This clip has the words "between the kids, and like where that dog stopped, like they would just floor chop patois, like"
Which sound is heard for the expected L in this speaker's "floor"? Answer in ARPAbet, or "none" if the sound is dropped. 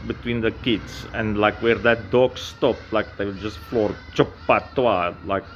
L